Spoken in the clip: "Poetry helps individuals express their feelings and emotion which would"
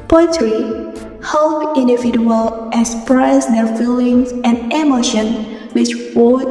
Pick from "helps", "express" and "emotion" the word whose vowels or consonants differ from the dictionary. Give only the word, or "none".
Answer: helps